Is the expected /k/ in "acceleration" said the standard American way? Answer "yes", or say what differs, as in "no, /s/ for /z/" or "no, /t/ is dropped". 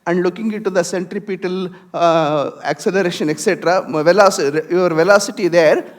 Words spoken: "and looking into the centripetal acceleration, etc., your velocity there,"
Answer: yes